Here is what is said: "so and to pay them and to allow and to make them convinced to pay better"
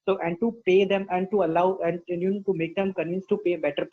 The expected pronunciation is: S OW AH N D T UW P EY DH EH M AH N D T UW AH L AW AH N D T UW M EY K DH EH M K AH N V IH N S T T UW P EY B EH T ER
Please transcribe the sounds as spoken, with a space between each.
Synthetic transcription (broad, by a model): S OW AH N D T UW P EY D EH M AH N D T UW AH L AW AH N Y T UW M EY K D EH M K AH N IH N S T T UW P EY B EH T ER